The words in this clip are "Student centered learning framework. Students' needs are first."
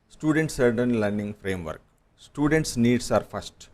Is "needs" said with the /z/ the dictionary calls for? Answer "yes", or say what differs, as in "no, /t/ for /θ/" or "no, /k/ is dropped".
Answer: no, /s/ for /z/